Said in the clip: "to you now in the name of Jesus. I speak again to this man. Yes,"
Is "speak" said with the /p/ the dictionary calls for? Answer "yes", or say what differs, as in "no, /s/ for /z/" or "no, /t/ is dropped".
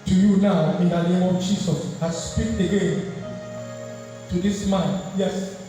yes